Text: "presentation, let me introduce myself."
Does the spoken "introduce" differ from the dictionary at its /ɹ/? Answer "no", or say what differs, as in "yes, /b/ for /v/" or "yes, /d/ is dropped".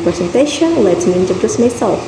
yes, /ɹ/ is dropped